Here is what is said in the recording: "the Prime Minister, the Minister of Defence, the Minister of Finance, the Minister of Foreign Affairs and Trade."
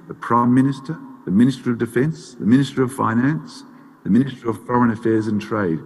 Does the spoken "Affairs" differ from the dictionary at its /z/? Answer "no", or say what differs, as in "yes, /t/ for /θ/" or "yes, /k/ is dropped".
no